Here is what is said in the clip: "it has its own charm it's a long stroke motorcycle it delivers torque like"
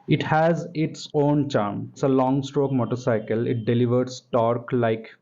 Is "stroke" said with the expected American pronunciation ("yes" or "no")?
yes